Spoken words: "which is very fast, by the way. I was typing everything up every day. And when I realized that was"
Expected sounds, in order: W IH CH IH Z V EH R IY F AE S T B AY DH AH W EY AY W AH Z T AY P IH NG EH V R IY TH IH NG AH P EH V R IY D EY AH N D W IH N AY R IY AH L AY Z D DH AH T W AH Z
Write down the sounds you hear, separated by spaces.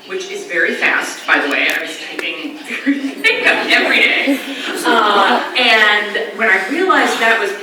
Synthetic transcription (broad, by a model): W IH CH IH Z V EH R IY F AE S T B AY DH AH W EY AY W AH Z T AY IH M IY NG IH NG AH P EH V R IY D EY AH N W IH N AY R IY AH L AY Z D DH AH T W AH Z